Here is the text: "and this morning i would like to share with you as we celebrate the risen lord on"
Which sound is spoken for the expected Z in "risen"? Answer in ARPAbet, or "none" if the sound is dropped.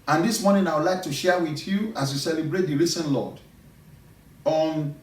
S